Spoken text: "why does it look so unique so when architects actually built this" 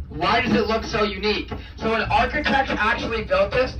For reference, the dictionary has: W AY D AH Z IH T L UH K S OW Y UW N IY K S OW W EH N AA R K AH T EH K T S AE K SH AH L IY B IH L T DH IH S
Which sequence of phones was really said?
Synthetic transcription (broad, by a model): W AY D AH Z IH T L UH K S OW Y UW N IY K S OW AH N AA R K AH T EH K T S AE K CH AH L IY B IH L T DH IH S